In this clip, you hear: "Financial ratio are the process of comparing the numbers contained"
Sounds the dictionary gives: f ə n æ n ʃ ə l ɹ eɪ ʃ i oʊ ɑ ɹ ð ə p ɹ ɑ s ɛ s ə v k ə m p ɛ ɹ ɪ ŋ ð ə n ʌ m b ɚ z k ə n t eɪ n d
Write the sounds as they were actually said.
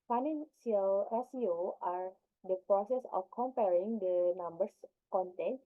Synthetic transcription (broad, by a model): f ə n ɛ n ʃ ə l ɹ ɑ s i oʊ ɑ ɹ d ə p ɹ ɑ s ɛ s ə f k ə m p ɛ ɹ ɪ ŋ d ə n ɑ m b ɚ s k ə n t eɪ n